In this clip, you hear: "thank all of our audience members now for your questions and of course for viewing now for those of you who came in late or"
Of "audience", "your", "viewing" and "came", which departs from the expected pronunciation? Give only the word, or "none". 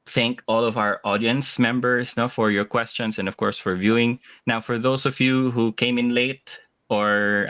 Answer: none